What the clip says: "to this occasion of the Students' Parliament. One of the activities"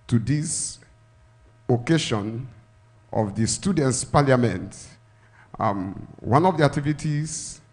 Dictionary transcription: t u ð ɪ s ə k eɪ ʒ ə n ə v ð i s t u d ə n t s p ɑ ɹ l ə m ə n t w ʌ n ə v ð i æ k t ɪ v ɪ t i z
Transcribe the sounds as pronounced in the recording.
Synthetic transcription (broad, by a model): t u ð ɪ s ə k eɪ ʃ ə n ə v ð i s t u d ə n t s p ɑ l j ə m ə n t w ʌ n ə v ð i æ k t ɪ v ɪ t i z